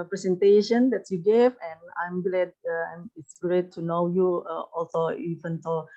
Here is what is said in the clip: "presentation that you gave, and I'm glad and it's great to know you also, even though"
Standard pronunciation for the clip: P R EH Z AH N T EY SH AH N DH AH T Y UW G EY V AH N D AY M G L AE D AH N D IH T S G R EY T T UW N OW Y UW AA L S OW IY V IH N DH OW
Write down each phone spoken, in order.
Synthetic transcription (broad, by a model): P R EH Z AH N T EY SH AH N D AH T Y UW G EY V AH N AY M G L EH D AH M IH T S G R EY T T UW N OW Y UW AA L S OW IY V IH N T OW